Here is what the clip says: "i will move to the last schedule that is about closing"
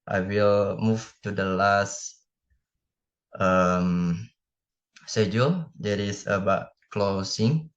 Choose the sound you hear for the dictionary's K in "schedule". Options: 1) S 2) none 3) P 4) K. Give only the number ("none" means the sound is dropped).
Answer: 2